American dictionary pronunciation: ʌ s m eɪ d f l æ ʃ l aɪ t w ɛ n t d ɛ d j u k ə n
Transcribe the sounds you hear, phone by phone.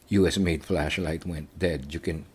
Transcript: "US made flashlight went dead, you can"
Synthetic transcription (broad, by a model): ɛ s m eɪ d f l æ ʃ l aɪ t w ɛ n t d ɛ d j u k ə n